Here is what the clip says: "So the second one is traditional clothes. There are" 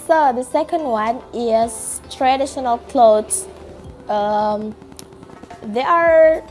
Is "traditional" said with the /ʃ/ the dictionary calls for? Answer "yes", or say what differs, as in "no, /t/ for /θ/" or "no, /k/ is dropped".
yes